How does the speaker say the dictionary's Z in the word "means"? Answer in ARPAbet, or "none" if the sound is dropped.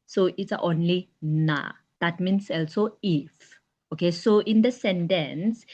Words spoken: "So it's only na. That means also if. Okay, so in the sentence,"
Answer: S